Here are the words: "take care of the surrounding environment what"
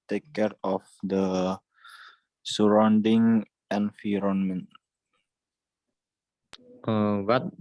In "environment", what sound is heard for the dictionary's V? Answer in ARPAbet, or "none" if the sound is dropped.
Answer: F